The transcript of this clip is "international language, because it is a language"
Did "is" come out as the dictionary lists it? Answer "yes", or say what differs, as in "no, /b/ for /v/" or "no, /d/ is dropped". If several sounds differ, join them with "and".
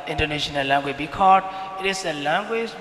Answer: no, /s/ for /z/